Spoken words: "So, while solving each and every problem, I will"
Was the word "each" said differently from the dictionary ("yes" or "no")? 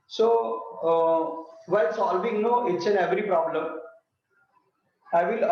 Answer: yes